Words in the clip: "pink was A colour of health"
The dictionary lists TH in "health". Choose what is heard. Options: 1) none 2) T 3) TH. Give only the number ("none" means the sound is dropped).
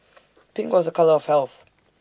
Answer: 3